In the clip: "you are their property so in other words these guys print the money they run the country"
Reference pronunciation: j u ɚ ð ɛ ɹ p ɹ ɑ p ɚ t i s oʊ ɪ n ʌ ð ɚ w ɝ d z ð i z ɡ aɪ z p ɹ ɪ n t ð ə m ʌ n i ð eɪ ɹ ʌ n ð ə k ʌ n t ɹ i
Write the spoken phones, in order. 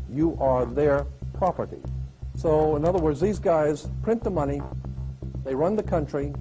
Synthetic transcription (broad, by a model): j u ɚ ð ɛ ɹ p ɹ ɑ p ɚ t i s oʊ ɪ n ʌ ð ɚ w ɝ d z ð i z ɡ aɪ z p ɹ ɪ n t ð ə m ʌ n i ð eɪ ɹ ʌ n ð ə k ʌ n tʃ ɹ i